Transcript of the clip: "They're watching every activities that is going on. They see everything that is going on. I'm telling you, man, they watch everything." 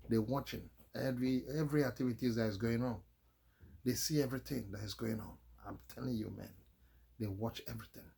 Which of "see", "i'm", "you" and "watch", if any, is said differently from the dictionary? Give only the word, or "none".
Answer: none